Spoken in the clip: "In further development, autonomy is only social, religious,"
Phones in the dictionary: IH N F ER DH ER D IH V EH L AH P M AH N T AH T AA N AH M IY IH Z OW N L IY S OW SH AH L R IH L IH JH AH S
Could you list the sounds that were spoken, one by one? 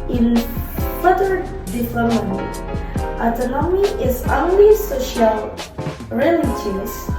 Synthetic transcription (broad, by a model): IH N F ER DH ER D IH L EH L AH M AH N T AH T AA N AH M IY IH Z OW N L IY S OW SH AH L R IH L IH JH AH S